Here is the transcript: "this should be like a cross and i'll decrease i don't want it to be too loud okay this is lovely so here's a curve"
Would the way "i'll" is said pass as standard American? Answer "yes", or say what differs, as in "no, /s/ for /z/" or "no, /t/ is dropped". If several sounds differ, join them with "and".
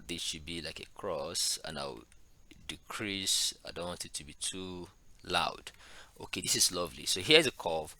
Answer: no, /w/ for /l/